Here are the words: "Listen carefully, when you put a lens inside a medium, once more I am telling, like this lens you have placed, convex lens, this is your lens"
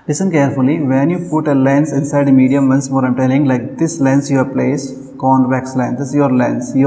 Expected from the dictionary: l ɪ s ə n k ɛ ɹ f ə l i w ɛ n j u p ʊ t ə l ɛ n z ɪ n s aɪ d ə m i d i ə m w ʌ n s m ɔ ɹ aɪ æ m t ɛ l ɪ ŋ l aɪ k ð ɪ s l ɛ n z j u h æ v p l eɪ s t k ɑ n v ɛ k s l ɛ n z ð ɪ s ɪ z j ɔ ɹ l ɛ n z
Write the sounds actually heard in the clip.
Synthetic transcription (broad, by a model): l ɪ s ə n k ɛ ɹ f ə l i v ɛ n j u p ʊ t ə l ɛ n s ɪ n s aɪ d m i d i ə m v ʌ n s m ɔ ɹ aɪ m t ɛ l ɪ ŋ l aɪ k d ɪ s l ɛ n s j u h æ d p l eɪ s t k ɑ n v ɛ k s l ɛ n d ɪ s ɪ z j ɔ ɹ l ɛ n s